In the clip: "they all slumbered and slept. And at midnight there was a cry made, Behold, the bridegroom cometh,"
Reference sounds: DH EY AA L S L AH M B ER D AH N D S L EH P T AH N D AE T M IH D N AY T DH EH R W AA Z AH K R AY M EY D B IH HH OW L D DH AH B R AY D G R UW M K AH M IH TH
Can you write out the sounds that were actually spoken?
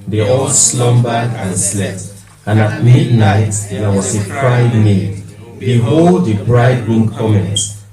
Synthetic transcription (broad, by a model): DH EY AA L S L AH M B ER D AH N S L EH P T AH N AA T M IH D N AY T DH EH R W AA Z AH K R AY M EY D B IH HH OW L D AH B R AY D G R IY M K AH M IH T